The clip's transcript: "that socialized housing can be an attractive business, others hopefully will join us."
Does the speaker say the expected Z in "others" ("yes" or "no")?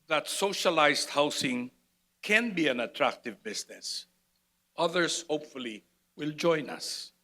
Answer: no